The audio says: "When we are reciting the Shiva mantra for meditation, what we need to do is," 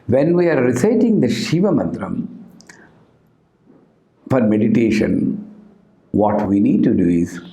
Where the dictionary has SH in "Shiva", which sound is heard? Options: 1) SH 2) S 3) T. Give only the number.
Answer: 1